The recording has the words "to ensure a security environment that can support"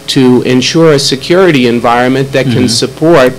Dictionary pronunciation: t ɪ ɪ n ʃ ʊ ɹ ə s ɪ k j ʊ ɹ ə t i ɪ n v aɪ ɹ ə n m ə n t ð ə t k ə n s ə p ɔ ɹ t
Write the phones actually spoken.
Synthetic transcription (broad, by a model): t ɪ ɪ n ʃ ʊ ɹ ə s ɪ k j ʊ ɹ ə t i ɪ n v aɪ ɹ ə n m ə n ð ə t k ə n s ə p ɔ ɹ t